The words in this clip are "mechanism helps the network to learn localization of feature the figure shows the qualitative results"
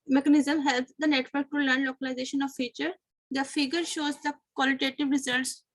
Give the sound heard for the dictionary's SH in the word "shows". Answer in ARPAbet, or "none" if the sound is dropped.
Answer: SH